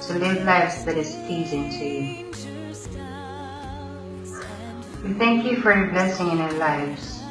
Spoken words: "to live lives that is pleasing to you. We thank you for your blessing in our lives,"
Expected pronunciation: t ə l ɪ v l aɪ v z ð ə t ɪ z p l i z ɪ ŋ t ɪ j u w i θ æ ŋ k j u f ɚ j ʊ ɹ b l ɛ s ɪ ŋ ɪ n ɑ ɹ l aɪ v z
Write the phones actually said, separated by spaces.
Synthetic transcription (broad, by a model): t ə l ɪ v l aɪ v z ð ə t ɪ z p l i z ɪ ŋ t ɪ j u w i θ æ ŋ k j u f ɚ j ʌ b l ɛ s ɪ ŋ ɪ n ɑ l aɪ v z